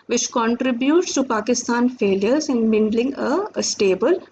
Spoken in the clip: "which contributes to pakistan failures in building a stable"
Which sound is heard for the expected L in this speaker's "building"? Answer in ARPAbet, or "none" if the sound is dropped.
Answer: N